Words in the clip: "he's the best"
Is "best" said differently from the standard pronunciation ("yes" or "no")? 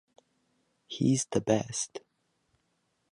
no